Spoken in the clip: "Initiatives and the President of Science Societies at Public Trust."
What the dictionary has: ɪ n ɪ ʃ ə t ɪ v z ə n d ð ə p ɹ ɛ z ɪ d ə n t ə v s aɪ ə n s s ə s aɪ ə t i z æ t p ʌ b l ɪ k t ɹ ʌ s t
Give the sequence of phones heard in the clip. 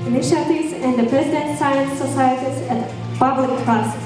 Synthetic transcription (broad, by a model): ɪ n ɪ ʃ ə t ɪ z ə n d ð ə p ɹ ɛ z ɪ d ə n t s aɪ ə n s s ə s aɪ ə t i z æ t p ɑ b ɪ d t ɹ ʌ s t